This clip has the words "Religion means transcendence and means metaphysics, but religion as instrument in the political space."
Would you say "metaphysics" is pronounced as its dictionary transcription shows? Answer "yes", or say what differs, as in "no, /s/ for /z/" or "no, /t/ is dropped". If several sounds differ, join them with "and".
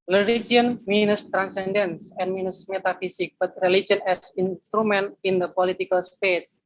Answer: no, /s/ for /z/ and /s/ is dropped